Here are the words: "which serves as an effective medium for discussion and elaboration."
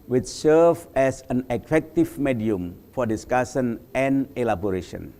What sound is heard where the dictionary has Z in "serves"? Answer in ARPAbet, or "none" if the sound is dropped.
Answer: none